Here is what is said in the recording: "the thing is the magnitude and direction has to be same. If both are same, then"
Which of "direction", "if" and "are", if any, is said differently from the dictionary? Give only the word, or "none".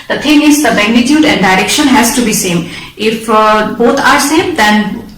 none